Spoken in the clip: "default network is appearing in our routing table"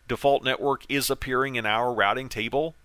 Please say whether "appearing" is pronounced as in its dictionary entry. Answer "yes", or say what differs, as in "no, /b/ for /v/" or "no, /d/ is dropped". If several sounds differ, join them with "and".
yes